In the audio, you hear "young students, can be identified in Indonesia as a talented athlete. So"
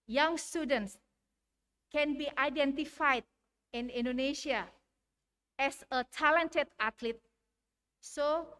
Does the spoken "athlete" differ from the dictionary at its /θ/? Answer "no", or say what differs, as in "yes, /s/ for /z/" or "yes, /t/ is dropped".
yes, /t/ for /θ/